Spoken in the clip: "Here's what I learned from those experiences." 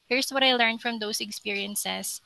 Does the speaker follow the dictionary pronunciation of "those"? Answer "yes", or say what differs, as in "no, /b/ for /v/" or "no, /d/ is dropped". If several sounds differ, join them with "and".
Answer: no, /s/ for /z/